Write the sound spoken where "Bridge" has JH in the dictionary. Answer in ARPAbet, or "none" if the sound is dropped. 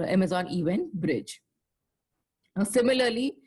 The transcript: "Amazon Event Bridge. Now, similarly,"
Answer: JH